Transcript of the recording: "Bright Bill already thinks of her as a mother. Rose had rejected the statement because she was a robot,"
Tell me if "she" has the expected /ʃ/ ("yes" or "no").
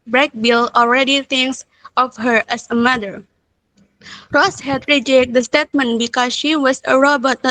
yes